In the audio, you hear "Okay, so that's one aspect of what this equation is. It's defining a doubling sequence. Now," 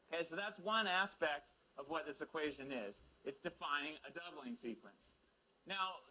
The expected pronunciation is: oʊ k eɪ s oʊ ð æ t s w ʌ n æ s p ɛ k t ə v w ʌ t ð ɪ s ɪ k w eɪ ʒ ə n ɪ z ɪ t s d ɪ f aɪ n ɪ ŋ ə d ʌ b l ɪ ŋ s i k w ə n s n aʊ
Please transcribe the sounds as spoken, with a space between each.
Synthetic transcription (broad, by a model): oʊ k eɪ s oʊ ð æ t s w ʌ n æ s p ɛ k t ə v w ʌ t ð ɪ s ɪ k w eɪ ʒ ə n ɪ z ɪ t s d ɪ f aɪ n ɪ ŋ ə d ʌ b l ɪ ŋ s i k w ə n s n aʊ